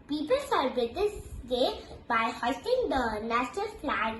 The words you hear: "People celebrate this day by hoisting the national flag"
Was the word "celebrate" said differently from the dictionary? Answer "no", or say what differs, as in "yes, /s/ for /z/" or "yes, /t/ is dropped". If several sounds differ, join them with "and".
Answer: yes, /ɹ/ is dropped